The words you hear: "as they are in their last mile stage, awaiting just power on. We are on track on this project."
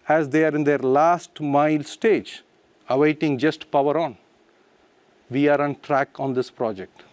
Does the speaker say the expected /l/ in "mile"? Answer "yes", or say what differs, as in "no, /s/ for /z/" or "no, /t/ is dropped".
yes